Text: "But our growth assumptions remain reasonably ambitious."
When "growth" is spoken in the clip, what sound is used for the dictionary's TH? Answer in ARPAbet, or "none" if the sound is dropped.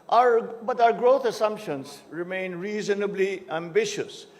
T